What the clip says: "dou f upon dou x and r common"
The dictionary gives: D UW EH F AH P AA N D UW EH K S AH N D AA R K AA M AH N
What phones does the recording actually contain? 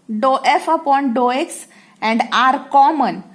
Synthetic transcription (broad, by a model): D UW EH F AH P AA N D UW EH K S AH N D AA R K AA M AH N